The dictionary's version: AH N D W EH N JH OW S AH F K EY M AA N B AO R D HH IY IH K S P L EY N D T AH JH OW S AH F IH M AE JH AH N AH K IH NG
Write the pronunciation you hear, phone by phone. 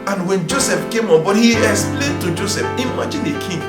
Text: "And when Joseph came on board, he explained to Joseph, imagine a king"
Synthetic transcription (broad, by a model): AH N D W EH N JH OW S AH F K EY M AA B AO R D HH IY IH S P L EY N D T AH JH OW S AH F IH M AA JH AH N AH K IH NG